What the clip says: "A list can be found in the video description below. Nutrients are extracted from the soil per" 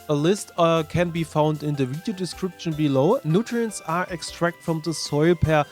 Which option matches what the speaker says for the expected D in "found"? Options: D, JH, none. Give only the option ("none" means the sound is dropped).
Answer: D